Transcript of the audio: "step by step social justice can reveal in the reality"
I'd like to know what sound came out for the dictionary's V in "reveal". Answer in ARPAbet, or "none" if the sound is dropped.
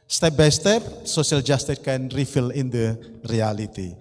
F